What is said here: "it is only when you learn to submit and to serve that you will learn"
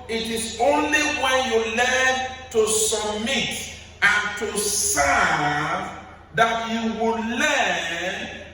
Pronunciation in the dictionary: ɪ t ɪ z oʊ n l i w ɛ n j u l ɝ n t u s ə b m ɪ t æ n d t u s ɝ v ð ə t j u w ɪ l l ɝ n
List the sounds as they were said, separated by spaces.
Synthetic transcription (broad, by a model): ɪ t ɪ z oʊ n l i w ɛ n j u l ɝ n t u s ə b m ɪ t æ n t u s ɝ v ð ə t j u w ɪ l l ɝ n